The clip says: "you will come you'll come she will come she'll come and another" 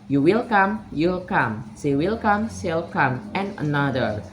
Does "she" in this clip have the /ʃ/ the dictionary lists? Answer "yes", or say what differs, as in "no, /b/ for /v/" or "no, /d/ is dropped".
no, /s/ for /ʃ/